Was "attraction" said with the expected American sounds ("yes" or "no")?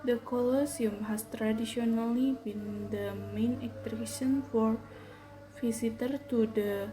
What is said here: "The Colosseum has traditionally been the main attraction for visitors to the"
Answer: no